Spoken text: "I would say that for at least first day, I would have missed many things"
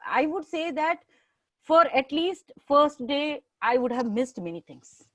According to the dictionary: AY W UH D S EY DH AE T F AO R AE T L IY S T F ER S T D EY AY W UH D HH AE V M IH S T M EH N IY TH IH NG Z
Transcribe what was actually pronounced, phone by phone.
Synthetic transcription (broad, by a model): AY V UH D S EY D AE T F AO R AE T L IY S T F ER S T D EY AY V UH D HH AE V M IH S T M EH N IY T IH NG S